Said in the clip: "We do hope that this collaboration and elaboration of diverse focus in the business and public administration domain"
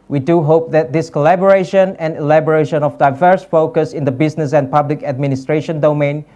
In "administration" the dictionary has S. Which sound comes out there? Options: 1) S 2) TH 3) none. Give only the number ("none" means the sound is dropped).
1